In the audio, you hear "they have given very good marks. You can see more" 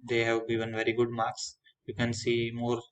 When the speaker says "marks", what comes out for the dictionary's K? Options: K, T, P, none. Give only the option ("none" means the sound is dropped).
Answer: K